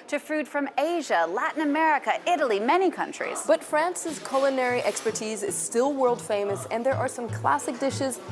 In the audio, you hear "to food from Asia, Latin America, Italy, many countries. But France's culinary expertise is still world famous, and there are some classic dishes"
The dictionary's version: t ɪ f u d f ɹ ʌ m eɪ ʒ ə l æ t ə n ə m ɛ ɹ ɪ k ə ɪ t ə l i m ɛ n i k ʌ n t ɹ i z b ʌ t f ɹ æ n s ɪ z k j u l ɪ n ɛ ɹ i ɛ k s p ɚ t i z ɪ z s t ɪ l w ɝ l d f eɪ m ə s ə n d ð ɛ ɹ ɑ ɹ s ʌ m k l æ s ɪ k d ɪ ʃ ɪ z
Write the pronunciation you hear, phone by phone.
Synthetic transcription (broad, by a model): t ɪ f u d f ɹ ʌ m eɪ ʒ ə l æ t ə n ə m ɛ ɹ ɪ k ə ɪ t ə l i m ɛ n i k ʌ n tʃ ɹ i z b ʌ t f ɹ æ n s ɪ z k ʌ l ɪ n ɛ ɹ i ɛ k s p ɚ t i z ɪ z s t ɪ l w ɝ l d f eɪ m ə s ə n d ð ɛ ɹ ɑ ɹ s ʌ m k l æ s ɪ k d ɪ ʃ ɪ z